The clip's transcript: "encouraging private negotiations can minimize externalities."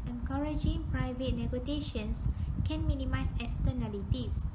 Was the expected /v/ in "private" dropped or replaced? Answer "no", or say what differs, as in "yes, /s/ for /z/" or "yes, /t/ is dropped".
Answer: no